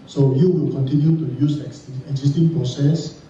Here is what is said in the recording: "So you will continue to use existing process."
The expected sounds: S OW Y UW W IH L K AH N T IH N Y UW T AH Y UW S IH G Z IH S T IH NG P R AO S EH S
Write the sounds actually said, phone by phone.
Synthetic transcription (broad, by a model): S OW Y UW W IH L K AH N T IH N Y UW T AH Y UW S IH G S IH S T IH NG P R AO S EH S